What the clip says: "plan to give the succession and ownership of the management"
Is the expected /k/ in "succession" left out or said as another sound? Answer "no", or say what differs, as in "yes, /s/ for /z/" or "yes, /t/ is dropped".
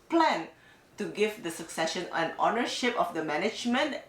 no